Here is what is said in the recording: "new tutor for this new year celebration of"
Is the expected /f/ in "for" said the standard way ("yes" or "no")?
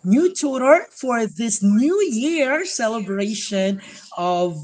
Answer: yes